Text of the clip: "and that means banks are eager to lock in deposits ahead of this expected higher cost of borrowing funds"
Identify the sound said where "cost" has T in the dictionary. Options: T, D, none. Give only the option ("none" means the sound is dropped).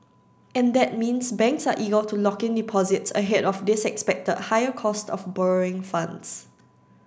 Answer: T